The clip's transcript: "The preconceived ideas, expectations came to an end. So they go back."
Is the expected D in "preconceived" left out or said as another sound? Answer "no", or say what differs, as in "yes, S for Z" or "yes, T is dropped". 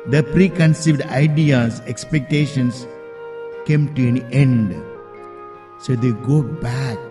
no